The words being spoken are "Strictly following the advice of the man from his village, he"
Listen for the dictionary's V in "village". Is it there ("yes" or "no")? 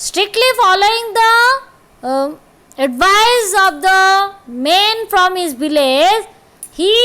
no